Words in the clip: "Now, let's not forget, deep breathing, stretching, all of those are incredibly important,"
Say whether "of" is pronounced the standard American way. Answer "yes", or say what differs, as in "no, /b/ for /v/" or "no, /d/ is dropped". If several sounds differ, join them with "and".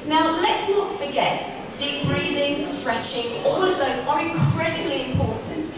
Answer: yes